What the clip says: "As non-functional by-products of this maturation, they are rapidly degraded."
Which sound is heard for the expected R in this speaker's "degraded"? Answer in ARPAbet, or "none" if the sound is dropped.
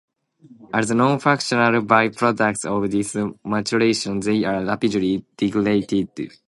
L